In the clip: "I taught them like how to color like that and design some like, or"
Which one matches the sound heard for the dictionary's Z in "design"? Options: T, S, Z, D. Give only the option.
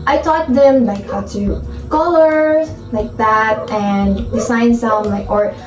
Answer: S